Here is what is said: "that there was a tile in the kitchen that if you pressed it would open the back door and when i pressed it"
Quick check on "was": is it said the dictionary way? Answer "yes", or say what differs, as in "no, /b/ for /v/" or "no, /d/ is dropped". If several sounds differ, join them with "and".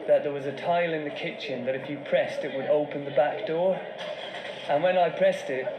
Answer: yes